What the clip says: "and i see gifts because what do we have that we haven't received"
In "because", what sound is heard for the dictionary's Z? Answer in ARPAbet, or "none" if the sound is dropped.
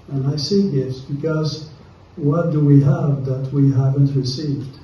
Z